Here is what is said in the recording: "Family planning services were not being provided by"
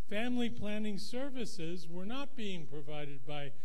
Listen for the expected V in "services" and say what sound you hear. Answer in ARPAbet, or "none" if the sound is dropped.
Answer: V